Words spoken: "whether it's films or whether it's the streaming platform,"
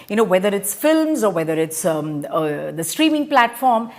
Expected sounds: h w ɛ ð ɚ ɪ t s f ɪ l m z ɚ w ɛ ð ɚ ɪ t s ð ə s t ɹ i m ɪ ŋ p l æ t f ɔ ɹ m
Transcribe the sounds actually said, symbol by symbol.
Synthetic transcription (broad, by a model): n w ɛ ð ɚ ɪ t s f ɪ l m z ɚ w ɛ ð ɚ ɪ t s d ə s t ɹ i m ɪ ŋ p l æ t f ɔ ɹ m